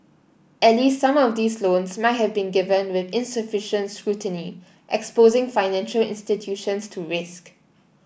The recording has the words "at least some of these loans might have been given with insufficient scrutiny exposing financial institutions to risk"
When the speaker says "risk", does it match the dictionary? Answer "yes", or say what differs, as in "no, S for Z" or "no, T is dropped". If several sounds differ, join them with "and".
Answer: yes